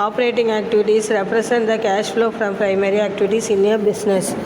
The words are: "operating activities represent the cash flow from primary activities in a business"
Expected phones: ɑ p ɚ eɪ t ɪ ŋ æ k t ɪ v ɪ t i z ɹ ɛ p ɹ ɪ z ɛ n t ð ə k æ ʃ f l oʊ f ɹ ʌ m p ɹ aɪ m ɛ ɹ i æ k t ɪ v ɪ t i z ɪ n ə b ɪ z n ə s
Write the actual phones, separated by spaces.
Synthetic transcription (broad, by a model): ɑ p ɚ eɪ t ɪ ŋ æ k t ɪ v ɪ t i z ɹ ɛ p ɹ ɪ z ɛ n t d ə k æ ʃ f l oʊ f ɹ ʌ m p ɹ aɪ m ɛ ɹ i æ k t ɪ v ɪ t i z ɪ n ə b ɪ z n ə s